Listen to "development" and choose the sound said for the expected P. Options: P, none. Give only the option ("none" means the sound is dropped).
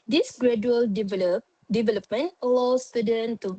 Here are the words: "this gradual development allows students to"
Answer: P